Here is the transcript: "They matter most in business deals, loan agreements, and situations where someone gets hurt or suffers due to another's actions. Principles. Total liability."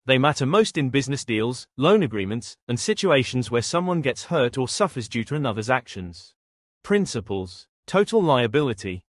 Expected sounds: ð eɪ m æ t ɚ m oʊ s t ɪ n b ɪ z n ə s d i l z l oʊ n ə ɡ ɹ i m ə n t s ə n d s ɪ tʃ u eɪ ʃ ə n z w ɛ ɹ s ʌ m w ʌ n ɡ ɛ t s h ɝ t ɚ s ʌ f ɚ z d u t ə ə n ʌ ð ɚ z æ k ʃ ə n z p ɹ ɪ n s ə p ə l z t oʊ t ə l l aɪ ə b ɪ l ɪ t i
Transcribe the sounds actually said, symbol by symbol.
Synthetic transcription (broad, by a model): ð eɪ m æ t ɚ m oʊ s t ɪ n b ɪ z n ə s d i l z l oʊ n ə ɡ ɹ i m ə n t s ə n s ɪ tʃ u eɪ ʃ ə n z w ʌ ɹ s ʌ m w ʌ n ɡ ɛ t s h ɝ t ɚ s ʌ f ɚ z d u t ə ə n ʌ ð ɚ z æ k ʃ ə n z p ɹ ɪ n s ə p ə l z t oʊ t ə l l aɪ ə b ɪ l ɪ t i